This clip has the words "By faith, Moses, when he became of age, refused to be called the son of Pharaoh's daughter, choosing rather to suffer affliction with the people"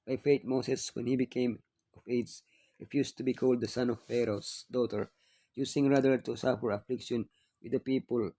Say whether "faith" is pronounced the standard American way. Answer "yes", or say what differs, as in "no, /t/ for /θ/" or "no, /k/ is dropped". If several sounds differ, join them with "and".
no, /t/ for /θ/